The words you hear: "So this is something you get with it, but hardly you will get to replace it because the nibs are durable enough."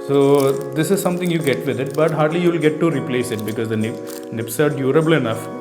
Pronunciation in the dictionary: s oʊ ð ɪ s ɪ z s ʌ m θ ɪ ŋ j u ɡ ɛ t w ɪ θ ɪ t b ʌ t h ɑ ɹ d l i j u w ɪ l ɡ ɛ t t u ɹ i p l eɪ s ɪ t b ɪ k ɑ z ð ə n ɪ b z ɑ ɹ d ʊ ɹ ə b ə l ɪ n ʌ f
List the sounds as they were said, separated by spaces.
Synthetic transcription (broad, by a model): s oʊ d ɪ s ɪ z s ʌ m t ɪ ŋ j u ɡ ɛ t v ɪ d ɪ t b ʌ t h ɑ ɹ d l i j u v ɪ l ɡ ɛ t t u ɹ i p l eɪ s ɪ t b ɪ k ɑ z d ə n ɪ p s ɑ ɹ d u ɹ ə b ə l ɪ n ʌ f